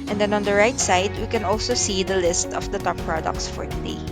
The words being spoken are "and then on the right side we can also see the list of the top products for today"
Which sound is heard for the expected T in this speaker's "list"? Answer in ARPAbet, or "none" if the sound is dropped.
T